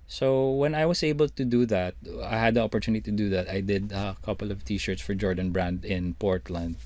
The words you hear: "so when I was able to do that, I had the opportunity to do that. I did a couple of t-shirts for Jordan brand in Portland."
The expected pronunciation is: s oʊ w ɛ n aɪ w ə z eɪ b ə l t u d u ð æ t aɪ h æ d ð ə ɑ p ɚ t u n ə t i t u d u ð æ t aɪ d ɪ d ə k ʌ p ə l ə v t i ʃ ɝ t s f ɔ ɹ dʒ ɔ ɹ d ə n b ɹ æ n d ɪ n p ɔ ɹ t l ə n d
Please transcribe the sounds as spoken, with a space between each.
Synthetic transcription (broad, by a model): s oʊ w ɛ n aɪ w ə s eɪ b ə l t u d u ð æ t aɪ h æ d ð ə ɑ p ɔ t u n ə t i t u d u ð æ t aɪ d ɪ d ə k ʌ p ə l ə v t i ʃ ɝ t s f ɔ ɹ dʒ ɔ ɹ d ə n b ɹ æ n d ɪ n p ɔ ɹ t l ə n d